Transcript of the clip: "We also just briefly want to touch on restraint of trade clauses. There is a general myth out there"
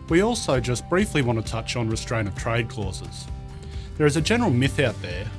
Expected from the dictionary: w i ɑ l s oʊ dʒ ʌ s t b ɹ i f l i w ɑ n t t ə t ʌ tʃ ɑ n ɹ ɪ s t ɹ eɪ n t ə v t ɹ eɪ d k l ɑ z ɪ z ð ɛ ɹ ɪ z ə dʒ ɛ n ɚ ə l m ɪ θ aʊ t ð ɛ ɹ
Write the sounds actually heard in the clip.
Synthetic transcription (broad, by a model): w i ɑ l s oʊ dʒ ʌ s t b ɹ i f l i w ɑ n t t ə t ʌ tʃ n ɹ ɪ s t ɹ eɪ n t ə v t ɹ eɪ d k l ɑ z ɪ z ð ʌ ɹ ɪ z ə dʒ ɛ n ɚ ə l m ɪ θ aʊ t ð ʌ ɹ